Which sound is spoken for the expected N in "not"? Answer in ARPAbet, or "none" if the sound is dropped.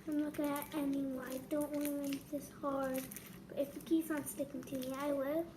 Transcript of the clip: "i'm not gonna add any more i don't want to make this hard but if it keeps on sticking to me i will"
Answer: L